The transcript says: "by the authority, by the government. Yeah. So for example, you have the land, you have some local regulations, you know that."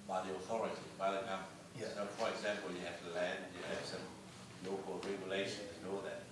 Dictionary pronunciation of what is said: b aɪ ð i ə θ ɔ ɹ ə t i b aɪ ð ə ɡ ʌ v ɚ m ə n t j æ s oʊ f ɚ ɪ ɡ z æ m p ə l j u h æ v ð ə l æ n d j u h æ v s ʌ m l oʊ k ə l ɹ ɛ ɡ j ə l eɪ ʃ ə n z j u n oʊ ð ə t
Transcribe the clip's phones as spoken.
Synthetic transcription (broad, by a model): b aɪ ð i ə θ ɔ ɹ ə t i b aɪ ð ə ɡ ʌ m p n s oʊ f ɚ ɪ ɡ z æ m p ə l j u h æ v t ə l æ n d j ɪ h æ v s ʌ m l oʊ k ə l ɹ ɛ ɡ j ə l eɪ ʃ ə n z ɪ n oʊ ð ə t